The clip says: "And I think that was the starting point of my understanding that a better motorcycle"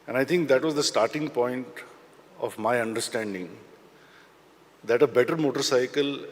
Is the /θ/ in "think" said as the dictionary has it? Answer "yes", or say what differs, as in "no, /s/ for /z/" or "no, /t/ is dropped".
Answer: no, /t/ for /θ/